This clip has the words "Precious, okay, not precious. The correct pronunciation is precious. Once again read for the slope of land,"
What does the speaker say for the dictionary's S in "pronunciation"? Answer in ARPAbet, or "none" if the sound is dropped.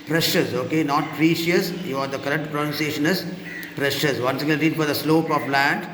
S